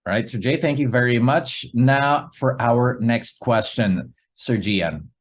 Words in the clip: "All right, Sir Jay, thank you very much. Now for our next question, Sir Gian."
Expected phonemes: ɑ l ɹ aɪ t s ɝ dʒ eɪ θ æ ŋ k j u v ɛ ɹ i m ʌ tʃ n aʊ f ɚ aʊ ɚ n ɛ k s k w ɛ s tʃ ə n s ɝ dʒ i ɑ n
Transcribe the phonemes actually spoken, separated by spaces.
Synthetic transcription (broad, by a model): ɹ aɪ t s ɝ dʒ eɪ θ æ ŋ k j u v ɛ ɹ i m ʌ tʃ n aʊ f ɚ aʊ ɚ n ɛ k s k w ɛ s tʃ ə n s ɝ dʒ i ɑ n